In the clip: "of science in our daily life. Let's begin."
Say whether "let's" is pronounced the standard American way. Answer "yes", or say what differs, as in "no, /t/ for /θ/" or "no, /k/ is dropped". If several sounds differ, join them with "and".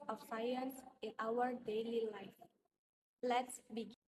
yes